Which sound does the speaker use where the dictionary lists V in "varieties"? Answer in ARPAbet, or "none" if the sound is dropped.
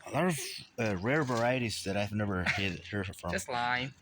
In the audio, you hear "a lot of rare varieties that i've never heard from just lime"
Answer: V